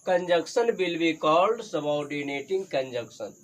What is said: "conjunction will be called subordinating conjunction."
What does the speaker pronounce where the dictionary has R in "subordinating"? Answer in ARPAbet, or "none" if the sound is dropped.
W